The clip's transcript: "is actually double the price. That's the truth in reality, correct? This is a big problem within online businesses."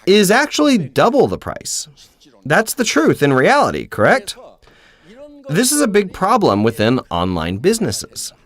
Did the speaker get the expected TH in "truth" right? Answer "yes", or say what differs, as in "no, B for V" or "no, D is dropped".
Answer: yes